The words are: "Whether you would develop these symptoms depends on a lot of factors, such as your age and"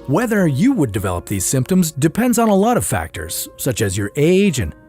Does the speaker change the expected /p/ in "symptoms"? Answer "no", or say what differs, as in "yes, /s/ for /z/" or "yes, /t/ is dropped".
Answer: no